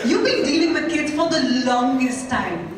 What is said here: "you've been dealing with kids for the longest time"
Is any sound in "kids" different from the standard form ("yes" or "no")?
yes